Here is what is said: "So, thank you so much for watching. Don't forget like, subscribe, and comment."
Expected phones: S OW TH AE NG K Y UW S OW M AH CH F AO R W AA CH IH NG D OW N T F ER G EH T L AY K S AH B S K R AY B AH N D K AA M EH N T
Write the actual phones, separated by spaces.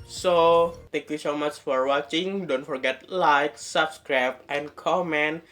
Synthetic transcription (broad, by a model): S OW T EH NG K Y UW S OW M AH CH F AO R W AA CH IH NG D OW N T F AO G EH T L AY K S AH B S K R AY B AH N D K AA M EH N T